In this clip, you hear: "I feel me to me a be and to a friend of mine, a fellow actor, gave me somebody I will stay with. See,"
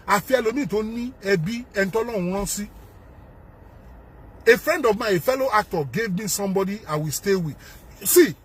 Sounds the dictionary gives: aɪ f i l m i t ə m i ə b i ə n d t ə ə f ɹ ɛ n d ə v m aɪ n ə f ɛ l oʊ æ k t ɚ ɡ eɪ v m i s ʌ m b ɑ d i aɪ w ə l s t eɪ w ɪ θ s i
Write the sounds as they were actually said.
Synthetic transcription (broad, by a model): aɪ f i l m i t ə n i ə b i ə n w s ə ə f ɹ ɛ n d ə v m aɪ ə f ɛ l oʊ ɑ k t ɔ ɡ eɪ v m i s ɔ m b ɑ d i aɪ w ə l s t eɪ w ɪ s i